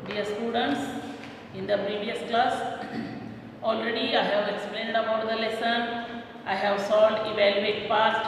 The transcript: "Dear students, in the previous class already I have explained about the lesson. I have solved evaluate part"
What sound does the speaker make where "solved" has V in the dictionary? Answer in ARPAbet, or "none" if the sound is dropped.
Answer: none